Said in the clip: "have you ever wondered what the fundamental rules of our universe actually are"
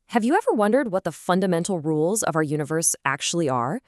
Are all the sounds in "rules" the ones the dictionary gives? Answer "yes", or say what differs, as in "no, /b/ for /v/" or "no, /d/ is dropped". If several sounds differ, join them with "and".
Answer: yes